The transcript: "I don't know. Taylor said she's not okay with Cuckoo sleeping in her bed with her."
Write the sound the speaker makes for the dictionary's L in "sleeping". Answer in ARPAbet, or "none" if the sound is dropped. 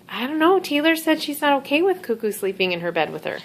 L